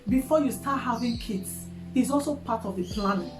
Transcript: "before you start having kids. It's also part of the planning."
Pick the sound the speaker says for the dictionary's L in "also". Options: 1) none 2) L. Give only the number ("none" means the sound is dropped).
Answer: 2